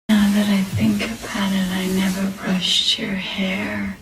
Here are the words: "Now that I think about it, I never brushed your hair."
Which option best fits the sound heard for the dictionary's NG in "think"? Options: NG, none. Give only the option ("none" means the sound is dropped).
NG